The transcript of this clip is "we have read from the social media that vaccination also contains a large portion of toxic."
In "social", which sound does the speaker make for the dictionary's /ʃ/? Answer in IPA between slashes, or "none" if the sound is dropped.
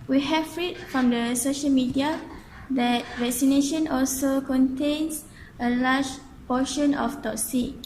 /ʃ/